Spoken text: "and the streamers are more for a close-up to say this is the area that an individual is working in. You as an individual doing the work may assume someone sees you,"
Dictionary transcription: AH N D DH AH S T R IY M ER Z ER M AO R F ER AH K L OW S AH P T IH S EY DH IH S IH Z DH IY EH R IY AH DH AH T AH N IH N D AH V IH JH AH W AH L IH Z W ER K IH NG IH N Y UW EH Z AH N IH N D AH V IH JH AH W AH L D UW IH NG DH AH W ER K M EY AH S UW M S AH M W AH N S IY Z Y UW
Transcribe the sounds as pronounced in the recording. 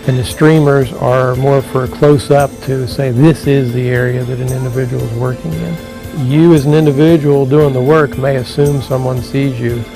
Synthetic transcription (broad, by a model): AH N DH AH S T R IY M ER Z ER M AO R F ER K L OW S AH P T IH S EY DH IH S IH Z DH IY EH R IY AH DH AH T N IH N D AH V IH JH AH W L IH Z W ER K IH NG IH N Y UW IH Z N IH N D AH V IH JH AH W L D UW IH NG DH AH W ER K M EY AH S UW M S AH M W AH N S IY Z Y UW